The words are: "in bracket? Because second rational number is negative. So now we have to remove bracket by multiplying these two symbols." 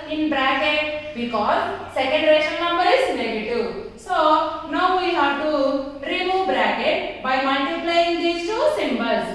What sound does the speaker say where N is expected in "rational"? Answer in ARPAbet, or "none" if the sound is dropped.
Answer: none